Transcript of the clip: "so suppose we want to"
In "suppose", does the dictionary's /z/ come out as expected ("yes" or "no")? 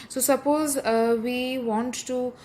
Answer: yes